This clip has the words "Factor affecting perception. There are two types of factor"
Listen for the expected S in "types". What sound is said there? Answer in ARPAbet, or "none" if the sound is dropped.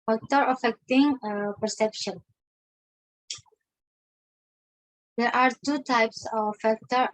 S